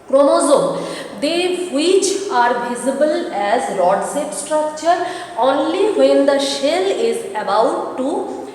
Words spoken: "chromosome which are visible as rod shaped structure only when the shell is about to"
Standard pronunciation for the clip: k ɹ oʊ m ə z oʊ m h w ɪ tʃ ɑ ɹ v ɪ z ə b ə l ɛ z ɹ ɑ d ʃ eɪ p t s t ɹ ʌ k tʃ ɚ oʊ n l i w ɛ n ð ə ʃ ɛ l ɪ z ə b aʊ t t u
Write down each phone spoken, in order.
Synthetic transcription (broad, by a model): k ɹ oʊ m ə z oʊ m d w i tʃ ɑ ɹ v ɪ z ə b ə l ɛ z l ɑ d s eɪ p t s t ɹ ʌ k tʃ ɚ oʊ n l i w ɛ n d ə ʃ ɛ l ɪ z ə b aʊ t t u